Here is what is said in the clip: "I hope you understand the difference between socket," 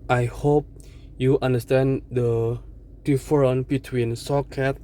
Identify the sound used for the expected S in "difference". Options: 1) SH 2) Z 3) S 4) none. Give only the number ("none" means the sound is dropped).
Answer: 4